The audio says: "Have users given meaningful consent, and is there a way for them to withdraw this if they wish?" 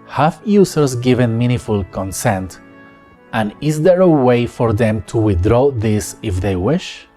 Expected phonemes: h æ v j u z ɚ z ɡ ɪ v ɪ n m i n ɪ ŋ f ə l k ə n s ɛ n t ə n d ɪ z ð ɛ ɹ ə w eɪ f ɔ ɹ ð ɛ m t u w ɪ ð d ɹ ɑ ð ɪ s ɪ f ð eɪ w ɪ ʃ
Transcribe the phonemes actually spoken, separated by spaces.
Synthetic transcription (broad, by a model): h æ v j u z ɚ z ɡ ɪ v ɪ n m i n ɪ f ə l k ə n s ɛ n t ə n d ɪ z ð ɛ ɹ ə w eɪ f ɔ ɹ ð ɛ m t u w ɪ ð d ɹ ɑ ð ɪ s ɪ f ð eɪ w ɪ ʃ